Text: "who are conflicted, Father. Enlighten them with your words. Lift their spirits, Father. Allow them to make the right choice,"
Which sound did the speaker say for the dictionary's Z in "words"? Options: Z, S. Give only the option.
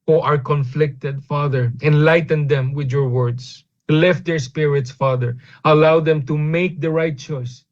S